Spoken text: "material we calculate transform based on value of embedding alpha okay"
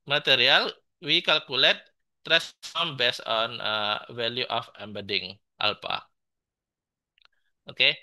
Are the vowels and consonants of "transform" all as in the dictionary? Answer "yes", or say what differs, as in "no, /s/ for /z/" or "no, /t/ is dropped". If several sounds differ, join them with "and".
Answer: no, /n/ is dropped